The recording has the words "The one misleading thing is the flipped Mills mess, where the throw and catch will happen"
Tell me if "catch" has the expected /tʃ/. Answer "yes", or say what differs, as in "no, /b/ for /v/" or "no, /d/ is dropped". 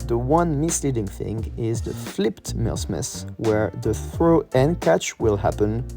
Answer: yes